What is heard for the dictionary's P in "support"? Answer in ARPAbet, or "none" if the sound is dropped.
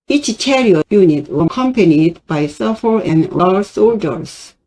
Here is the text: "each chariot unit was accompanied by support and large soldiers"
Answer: F